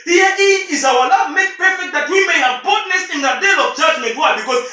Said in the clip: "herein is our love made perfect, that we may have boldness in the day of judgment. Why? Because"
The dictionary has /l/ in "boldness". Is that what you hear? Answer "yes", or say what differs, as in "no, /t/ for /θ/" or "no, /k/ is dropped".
no, /l/ is dropped